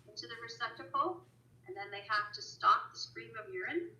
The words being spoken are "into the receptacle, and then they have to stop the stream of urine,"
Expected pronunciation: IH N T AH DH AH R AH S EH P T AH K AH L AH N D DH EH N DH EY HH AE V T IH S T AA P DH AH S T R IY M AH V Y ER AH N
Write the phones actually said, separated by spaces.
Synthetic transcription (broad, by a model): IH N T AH DH AH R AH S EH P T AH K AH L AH N DH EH N DH EY HH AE F T IH S T AA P DH AH S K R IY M AH V Y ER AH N